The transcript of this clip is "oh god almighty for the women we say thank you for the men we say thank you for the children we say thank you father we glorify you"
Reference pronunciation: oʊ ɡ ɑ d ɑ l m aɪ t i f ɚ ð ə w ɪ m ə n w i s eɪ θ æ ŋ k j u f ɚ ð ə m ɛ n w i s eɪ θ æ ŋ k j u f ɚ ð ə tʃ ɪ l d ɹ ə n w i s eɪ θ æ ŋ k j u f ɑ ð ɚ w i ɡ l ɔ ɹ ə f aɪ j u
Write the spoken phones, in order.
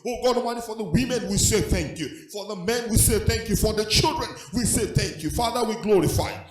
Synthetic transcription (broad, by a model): oʊ ɡ ɑ d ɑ m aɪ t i f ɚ ð ə w ɪ m ə n w i s eɪ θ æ ŋ k j u f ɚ ð ə m ɛ n w i s eɪ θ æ ŋ k j u f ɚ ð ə tʃ ɪ l d ɹ ə n w i s eɪ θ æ ŋ k j u f ɑ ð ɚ w i ɡ l ɔ ɹ ə f aɪ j